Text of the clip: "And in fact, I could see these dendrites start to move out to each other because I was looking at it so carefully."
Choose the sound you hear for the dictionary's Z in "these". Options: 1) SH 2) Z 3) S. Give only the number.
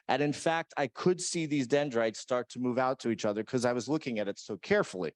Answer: 2